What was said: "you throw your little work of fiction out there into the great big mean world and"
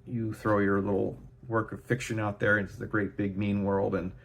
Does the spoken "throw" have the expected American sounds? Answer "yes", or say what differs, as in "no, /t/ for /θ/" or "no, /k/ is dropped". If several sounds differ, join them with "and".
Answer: yes